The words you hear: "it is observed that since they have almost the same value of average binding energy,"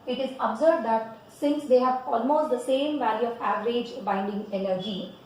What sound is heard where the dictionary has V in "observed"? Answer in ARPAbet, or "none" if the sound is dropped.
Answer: B